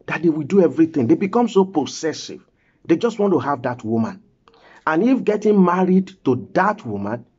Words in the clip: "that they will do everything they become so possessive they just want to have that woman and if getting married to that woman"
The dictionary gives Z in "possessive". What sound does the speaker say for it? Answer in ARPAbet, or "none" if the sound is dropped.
S